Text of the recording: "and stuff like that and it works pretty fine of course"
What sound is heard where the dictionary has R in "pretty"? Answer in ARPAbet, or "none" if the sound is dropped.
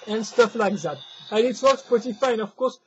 none